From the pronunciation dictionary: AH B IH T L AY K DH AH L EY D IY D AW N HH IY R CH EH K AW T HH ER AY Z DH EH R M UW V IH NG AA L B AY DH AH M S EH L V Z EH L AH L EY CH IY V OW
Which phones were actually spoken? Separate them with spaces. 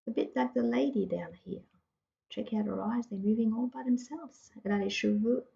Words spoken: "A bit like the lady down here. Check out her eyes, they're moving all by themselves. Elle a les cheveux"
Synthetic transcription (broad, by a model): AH B IH T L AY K DH AH L EY D IY D AW N HH IY R CH EH K AW T HH ER AY Z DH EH M UW V IH NG AA L B AY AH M S EH L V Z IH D AH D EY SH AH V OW